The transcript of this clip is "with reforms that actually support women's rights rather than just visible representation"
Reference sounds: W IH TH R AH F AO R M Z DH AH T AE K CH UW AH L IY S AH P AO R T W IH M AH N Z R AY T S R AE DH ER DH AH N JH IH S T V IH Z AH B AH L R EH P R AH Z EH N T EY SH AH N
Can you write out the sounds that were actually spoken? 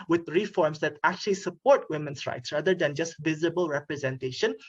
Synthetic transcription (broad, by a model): W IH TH R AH F AO R M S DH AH T AE K CH UW AH L IY S AH P AO R T W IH M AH N S R AY T S R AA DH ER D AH N JH IH S T V IH Z AH B AH L R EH P R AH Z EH N T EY SH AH N